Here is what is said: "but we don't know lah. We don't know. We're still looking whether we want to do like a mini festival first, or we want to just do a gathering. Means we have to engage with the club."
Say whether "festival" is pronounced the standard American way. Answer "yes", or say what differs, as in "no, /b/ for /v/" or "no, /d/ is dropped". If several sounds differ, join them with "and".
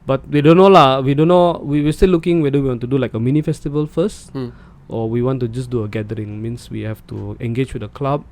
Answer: yes